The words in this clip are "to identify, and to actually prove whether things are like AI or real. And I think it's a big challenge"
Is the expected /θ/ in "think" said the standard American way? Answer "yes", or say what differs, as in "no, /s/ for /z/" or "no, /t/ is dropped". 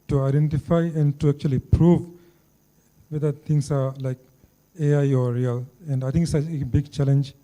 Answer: no, /t/ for /θ/